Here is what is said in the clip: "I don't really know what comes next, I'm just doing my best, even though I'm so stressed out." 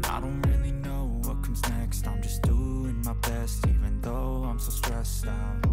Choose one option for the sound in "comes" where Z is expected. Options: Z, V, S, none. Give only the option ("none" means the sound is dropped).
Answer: Z